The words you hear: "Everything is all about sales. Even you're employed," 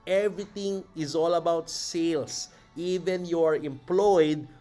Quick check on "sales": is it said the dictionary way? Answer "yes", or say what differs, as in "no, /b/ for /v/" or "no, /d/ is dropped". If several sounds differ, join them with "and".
no, /s/ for /z/